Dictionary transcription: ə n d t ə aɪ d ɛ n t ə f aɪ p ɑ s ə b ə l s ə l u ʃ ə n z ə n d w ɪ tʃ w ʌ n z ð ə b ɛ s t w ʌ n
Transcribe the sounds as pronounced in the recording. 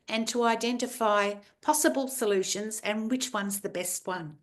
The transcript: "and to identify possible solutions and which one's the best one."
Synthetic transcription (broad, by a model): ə n t ə aɪ d ɛ n t ə f aɪ p ɑ s ə b ə l s ə l u ʃ ə n z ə n w ɪ tʃ w ʌ n z ð ə b ɛ s t w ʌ n